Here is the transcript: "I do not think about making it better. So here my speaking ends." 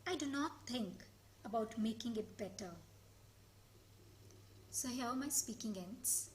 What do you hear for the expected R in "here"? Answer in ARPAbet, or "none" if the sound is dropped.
L